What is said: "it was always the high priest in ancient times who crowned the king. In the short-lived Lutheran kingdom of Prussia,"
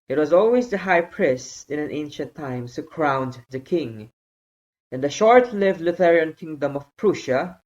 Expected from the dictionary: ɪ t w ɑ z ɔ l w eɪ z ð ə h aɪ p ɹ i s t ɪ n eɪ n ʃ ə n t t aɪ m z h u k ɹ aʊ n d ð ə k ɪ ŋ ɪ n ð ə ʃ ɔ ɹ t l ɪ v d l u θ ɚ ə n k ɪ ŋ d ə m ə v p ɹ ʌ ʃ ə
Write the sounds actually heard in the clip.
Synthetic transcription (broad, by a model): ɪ t w ɑ z ɔ l w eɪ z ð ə h aɪ p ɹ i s ɪ n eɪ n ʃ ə n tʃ t aɪ m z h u k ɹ aʊ n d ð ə k ɪ ŋ ɪ n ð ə ʃ ɔ ɹ t l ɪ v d l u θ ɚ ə n k ɪ ŋ d ə m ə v p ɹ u ʃ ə